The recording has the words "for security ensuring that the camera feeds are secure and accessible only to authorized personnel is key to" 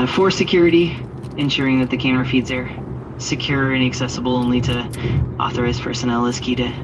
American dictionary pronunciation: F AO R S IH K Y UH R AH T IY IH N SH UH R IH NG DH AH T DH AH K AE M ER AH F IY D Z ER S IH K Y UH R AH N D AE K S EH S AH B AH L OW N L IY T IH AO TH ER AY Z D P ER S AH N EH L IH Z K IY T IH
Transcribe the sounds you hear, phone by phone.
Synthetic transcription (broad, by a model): F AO R S IH K Y UH R AH T IY IH N SH UH R IH NG DH AH T DH AH K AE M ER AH F IY D Z ER S IH K Y UH R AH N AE K S EH S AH B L OW N L IY T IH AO TH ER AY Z P ER S AH N EH L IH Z K IY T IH